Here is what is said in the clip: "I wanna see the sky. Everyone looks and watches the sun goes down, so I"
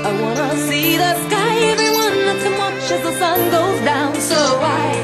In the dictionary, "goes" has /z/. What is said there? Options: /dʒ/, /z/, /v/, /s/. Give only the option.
/z/